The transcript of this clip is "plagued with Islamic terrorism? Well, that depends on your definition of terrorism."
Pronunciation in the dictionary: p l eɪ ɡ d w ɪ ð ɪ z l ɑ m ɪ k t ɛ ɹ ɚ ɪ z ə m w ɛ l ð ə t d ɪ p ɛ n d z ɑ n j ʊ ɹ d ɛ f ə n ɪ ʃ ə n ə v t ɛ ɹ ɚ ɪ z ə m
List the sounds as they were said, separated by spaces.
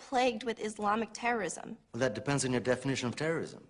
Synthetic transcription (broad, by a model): p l eɪ ɡ d w ɪ ð ɪ z l ɑ m ɪ k t ɛ ɹ ɚ ɪ z ə m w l ð ə t d ɪ p ɛ n d z n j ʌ ɹ d ɛ f ə n ɪ ʃ ə n ə v t ɛ ɹ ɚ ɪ z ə m